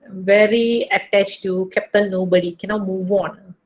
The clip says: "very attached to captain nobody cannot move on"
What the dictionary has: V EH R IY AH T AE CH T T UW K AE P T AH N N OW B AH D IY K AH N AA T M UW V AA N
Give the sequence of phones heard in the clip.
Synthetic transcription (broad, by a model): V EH R IY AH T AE CH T T UW K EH P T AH L N OW B AH D IY K AH N AA T M UW V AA N